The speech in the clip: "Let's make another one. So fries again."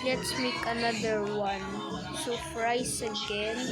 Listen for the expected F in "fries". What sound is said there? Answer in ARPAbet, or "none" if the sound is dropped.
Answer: P